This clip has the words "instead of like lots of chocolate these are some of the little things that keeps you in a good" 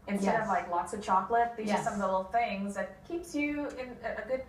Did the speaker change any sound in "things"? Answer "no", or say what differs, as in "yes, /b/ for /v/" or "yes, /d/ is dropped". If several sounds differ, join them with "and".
no